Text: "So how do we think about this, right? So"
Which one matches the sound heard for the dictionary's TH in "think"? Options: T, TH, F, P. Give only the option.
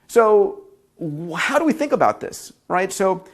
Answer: TH